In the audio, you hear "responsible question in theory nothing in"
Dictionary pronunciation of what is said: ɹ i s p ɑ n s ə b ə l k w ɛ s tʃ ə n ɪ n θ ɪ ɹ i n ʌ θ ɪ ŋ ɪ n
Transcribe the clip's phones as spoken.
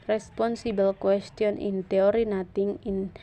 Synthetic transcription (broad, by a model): ɹ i s p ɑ n s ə b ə l k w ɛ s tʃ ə n ɪ n t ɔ ɹ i n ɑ t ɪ ŋ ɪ n